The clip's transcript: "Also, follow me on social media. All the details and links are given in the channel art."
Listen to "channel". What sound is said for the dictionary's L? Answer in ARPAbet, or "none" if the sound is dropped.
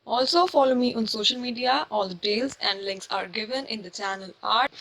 L